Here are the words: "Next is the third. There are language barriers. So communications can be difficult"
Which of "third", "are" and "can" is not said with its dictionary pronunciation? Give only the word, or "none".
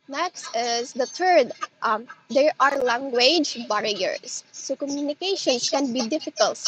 third